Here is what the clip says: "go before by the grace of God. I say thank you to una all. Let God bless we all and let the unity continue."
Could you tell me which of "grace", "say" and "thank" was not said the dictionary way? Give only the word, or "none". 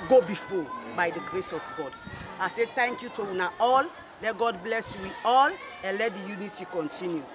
thank